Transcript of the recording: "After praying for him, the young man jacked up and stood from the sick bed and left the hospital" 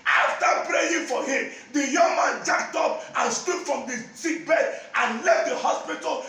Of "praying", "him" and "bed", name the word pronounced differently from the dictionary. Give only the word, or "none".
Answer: none